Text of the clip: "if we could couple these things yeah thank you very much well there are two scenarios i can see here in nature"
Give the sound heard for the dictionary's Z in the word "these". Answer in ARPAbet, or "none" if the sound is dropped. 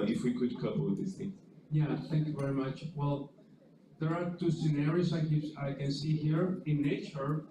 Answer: S